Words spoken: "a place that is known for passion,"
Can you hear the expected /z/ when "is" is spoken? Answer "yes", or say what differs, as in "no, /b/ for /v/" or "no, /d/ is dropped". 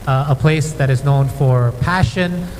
yes